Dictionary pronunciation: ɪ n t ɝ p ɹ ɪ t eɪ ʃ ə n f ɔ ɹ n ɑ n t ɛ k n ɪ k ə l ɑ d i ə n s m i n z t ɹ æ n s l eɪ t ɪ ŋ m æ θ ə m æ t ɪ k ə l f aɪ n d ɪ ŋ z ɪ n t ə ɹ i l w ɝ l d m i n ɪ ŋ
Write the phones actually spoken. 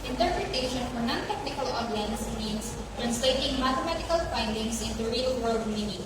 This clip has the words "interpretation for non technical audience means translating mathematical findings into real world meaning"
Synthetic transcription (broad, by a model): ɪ n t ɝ p ɹ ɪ t eɪ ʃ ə n f ɔ ɹ n ɑ n t ɛ k n ɪ k ə l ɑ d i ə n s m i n s t ɹ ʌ n s l eɪ t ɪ ŋ m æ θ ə m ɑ t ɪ k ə l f aɪ n d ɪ ŋ s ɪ n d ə ɹ i l w ɝ l d m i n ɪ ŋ